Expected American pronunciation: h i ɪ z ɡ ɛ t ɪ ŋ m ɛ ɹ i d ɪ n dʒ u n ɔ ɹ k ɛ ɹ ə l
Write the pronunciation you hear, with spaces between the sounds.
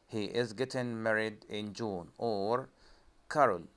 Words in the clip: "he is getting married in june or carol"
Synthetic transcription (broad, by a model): h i ɪ z ɡ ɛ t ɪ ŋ m ɛ ɹ i d ɪ n dʒ u n ɔ ɹ k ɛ ɹ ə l